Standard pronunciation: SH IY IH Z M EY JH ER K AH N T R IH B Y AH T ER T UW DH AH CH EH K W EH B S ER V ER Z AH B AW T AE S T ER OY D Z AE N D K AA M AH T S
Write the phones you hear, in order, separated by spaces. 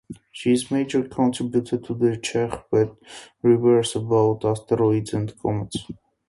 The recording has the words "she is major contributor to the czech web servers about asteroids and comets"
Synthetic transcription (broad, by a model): SH IY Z M EY JH ER K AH N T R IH B Y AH T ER T UW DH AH CH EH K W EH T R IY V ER S AH B AW T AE S T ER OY D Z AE N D K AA M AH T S